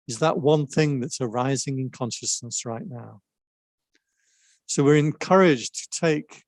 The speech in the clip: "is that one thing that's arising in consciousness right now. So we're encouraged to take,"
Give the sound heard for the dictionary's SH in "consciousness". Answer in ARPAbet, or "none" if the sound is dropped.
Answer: SH